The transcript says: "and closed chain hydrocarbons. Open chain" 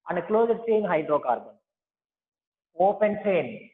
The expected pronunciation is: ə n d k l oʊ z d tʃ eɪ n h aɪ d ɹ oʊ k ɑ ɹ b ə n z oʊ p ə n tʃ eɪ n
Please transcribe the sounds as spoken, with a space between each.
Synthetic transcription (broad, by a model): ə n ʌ k l oʊ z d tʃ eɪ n h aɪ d ɹ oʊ k ɑ ɹ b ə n oʊ p ə n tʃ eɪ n